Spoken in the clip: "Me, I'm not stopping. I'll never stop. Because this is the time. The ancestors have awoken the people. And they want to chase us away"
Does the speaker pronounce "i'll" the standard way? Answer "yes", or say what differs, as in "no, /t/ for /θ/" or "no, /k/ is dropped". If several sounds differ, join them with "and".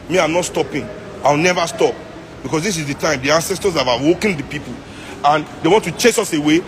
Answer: no, /w/ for /l/